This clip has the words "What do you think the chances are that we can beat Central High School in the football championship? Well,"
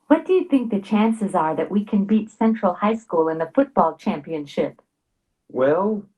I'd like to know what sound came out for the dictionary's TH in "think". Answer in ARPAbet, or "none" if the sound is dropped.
TH